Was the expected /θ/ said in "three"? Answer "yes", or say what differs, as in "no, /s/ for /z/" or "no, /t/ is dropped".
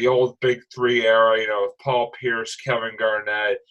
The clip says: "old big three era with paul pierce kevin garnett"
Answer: yes